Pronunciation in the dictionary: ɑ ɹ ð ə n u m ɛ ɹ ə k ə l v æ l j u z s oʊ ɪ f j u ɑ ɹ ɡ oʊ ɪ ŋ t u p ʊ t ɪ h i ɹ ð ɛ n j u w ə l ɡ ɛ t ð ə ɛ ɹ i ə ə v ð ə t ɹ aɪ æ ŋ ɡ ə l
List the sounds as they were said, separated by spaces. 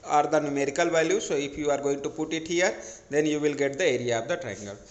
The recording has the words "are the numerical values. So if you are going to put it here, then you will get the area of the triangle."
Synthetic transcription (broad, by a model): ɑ ɹ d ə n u m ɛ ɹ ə k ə l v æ l j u s oʊ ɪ p j u ɑ ɹ ɡ oʊ ɪ ŋ t u p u t ɪ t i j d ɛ n j u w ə l ɡ ɛ t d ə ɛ ɹ i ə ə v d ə t ɹ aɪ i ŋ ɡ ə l